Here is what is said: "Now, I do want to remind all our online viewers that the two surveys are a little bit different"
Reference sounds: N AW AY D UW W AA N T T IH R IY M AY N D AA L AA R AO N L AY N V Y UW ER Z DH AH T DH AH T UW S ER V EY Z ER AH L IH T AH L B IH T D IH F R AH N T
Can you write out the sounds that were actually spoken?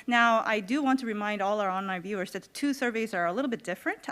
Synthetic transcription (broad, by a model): N AW AY D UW W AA N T T IH R IY M AY N D AA L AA R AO N AY V Y UW ER Z DH AH T DH AH T UW S ER V EY Z ER AH L IH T L B IH T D IH F R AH N T